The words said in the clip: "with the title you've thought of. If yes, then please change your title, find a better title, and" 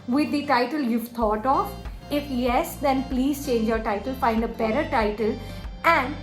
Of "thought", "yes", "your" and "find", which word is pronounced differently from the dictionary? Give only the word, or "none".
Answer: thought